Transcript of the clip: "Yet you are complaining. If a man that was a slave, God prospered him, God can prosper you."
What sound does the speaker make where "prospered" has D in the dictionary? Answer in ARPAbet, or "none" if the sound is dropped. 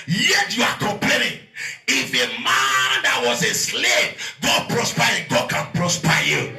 none